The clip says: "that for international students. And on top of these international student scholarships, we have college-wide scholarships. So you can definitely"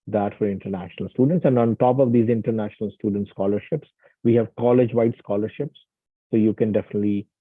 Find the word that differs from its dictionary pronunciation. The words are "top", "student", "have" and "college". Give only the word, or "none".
none